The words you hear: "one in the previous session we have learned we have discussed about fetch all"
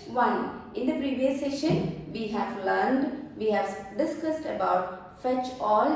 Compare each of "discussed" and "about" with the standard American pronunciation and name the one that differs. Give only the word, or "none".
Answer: none